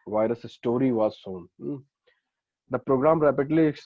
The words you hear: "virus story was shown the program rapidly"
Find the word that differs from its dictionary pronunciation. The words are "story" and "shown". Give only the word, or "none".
shown